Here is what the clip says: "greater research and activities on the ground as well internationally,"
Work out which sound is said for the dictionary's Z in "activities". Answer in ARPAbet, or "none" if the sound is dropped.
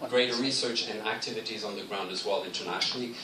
Z